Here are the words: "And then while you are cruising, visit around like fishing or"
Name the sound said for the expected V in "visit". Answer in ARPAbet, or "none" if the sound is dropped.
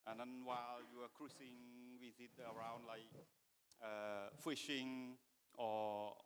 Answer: W